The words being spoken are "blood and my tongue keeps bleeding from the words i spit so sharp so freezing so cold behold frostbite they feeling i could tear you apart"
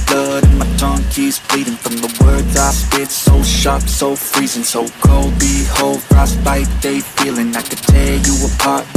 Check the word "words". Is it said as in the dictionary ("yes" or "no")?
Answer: yes